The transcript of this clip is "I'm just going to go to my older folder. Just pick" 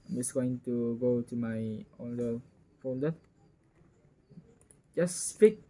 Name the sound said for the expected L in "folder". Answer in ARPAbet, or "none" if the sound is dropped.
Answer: N